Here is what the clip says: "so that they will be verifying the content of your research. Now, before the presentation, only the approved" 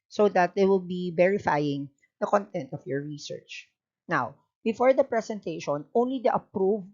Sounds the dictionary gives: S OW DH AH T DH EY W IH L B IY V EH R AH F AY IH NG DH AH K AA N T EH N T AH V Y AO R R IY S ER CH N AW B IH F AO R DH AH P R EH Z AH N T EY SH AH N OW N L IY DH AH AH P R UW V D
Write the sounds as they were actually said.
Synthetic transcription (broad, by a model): S OW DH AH T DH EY W IH L B IY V EH R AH F AY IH NG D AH K AA N T EH N T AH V Y AO R R IY S ER CH N AW B IH F AO R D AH P R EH S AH N T EY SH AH N OW N L IY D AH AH P R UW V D